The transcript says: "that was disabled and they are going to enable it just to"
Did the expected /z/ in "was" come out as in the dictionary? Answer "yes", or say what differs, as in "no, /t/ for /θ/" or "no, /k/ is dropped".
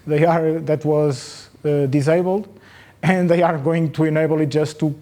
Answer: yes